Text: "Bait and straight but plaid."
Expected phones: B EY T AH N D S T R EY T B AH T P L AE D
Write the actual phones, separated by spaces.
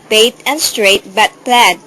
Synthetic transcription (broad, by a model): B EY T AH N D S T R EY T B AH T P L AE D